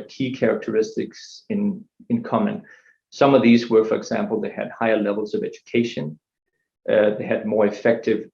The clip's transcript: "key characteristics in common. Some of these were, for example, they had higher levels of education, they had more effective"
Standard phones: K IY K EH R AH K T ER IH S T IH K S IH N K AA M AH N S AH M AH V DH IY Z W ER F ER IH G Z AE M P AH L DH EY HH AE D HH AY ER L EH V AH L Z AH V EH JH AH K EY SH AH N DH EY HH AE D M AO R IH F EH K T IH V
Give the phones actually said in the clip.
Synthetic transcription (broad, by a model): K IY K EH R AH K T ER IH S T IH K S IH N K AA M AH N S AH M AH V DH IY Z W ER F ER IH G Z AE M P L DH EY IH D HH AY ER L EH V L Z AH V EH JH AH K EY SH AH N DH EY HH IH D M AO R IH F EH K T IH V